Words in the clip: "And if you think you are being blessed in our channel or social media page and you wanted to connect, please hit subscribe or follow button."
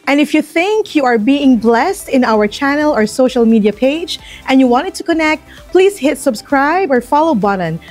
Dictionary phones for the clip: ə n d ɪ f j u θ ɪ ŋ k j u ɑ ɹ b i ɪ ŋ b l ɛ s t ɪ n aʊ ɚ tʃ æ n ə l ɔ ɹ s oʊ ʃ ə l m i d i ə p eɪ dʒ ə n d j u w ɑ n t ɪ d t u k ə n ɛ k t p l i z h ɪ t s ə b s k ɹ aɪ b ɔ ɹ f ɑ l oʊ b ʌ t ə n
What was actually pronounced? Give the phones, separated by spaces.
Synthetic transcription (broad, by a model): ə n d ɪ f j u θ ɪ ŋ k j u ɑ ɹ b i ɪ ŋ b l ɛ s t ɪ n aʊ ɚ tʃ æ n ə l ɔ ɹ s oʊ ʃ ə l m i d i ə p eɪ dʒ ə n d j u w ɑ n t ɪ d t u k ə n ɛ k t p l i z h ɪ t s ə b s k ɹ aɪ b ɔ ɹ f ɑ l oʊ b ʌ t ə n